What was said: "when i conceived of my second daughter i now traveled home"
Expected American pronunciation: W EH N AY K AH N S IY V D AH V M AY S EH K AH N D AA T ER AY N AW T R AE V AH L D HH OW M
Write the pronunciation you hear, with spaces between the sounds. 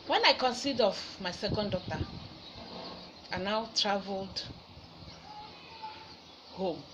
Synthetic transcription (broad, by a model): W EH N AY K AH N S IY D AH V M AY S EH K AH N D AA T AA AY N AW T R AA V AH L D HH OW M